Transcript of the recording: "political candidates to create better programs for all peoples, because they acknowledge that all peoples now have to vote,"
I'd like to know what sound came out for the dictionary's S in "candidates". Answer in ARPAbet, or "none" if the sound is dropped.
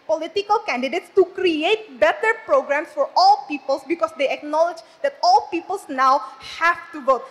S